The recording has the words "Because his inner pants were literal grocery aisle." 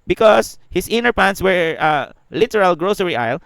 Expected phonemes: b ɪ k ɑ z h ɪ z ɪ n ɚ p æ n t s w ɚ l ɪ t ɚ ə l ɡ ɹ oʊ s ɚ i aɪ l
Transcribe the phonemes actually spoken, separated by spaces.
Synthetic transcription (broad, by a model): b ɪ k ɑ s h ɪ s ɪ n ɚ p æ n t s w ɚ l ɪ t ɚ ə l ɡ ɹ oʊ s ɚ i aɪ l